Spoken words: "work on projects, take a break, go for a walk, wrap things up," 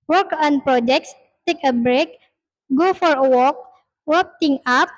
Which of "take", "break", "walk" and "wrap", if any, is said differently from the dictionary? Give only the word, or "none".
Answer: wrap